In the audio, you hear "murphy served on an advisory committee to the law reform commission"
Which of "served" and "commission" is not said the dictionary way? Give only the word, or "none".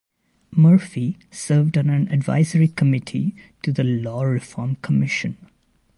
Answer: none